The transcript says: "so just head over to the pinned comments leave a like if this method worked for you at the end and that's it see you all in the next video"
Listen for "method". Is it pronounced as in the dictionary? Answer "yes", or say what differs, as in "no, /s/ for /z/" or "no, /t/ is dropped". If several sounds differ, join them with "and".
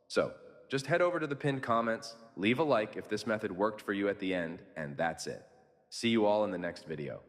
yes